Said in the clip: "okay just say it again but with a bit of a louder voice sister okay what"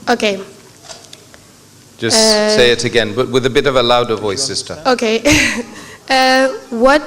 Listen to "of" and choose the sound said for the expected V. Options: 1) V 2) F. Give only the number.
1